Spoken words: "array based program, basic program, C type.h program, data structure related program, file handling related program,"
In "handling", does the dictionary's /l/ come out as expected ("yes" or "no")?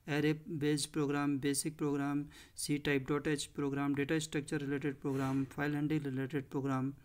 no